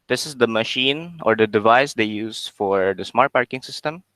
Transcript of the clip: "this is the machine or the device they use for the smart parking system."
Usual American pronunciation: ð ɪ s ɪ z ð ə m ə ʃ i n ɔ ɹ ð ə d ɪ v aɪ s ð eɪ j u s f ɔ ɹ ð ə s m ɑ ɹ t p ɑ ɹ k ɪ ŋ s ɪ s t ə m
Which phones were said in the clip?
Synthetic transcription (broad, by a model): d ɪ s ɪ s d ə m ə ʃ i n ɔ ɹ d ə d ɪ v aɪ s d eɪ j u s f ɔ ɹ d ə s m ɑ ɹ t p ɑ ɹ k ɪ ŋ s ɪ s t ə m